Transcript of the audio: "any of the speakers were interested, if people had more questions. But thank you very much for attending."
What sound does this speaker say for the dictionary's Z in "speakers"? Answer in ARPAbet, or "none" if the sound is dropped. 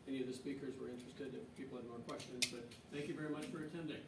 Z